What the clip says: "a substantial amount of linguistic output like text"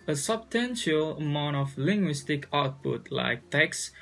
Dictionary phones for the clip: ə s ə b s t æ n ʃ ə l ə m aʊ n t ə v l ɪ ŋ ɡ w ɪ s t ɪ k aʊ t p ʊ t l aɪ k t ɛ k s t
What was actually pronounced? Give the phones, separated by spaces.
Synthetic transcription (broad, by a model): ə s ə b s t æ n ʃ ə l ə m aʊ n t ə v l ɪ ŋ ɡ w ɪ s t ɪ k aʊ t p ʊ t l aɪ k t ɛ k s